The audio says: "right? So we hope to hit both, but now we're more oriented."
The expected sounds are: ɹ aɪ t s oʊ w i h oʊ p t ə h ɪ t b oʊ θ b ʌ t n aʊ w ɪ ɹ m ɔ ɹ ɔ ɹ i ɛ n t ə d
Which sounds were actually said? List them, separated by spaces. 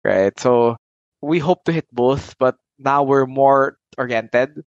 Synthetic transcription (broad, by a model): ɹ aɪ t s oʊ w i h oʊ p t ə h ɪ t b oʊ θ b ʌ t n aʊ w ɪ ɹ m ɔ ɹ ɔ ɹ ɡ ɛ n t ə d